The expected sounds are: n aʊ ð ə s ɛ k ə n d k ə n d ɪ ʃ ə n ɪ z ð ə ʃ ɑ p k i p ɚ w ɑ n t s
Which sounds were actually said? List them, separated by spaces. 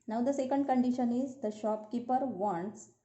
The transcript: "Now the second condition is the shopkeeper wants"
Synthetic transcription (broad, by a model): n aʊ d ə s ɛ k ə n d k ə n d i ʃ ə n ɪ z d ə ʃ ɑ p k i p ɚ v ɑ n t s